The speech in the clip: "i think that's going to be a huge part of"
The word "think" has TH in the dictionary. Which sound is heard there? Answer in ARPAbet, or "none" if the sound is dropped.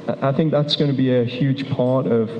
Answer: TH